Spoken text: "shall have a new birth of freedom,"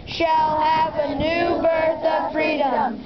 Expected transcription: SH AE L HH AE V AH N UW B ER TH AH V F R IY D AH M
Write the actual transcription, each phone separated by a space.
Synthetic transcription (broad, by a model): SH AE L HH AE V AH N UW B ER TH AH V F R IY D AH M